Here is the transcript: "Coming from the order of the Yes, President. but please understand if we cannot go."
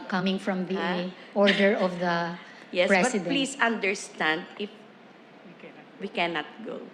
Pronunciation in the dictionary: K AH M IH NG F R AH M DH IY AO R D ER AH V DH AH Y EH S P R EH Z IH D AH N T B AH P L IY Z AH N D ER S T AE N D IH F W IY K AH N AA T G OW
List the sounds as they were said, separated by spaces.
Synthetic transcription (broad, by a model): K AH M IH NG F R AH M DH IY AO R D ER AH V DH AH Y EH S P R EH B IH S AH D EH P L IY S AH N D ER S T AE N D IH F W IY K AH N AA T G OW